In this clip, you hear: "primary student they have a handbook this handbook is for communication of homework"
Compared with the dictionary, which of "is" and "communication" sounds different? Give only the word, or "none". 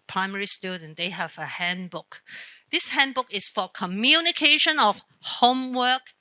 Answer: is